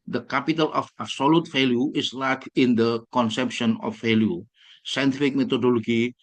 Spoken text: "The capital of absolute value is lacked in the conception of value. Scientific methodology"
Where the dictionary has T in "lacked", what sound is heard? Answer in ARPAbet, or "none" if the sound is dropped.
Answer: none